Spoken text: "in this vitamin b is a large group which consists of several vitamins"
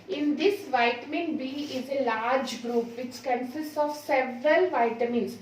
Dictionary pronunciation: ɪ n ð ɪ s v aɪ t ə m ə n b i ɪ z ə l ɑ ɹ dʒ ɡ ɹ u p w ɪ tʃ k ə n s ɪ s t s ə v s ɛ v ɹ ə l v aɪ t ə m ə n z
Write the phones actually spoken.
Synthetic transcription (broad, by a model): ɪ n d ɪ s v aɪ t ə m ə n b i ɪ z ə l ɑ ɹ dʒ ɡ ɹ u p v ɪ tʃ k ə n s ɪ s t s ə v s ɛ v ɹ ə l v aɪ t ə m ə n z